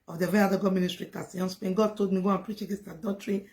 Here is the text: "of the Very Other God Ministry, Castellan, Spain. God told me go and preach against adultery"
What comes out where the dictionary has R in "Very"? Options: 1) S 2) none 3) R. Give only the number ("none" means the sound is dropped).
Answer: 2